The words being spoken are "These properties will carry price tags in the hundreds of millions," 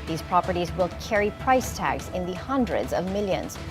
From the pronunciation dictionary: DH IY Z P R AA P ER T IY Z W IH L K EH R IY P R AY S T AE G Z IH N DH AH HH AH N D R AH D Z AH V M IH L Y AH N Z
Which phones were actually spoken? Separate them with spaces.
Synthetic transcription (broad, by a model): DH IY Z P R AA P ER T IY Z W IH L K EH R IY P R AY S T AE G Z IH N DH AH HH AH N D R AH D Z AH V M IH L Y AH N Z